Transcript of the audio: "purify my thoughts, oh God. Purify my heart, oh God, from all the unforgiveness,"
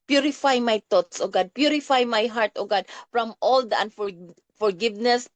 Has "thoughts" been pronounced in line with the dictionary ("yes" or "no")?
no